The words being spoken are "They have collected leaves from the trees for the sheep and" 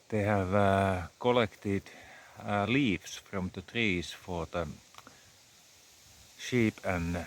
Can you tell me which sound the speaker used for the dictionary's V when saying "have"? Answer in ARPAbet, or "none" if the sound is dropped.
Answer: V